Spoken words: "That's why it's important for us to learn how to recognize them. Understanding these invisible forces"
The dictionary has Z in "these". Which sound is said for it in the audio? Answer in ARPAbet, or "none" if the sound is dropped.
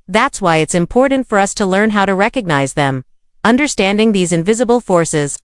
Z